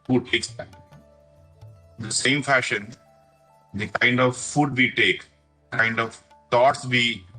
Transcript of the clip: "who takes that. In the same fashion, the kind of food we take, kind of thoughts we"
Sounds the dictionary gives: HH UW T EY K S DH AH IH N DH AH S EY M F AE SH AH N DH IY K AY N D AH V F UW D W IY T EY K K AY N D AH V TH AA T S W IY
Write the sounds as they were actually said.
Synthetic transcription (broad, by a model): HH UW T EY K S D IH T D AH S EY M F AE SH AH N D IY K AY N D AH V F UW D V IY T EY K K AY N D AH V T AA T S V IY